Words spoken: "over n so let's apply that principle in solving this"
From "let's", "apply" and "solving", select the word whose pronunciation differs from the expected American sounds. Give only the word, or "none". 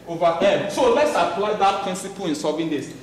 solving